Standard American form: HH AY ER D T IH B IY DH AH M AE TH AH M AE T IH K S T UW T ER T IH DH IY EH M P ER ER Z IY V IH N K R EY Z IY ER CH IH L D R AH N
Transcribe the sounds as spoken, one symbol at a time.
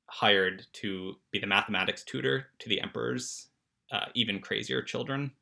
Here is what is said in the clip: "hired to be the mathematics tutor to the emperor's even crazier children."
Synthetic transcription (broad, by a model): HH AY ER D T IH B IY DH AH M AE TH AH M AE T IH K S T UW T ER T IH DH IY EH M P ER ER Z IY V IH N K R EY Z IY ER CH IH L D R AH N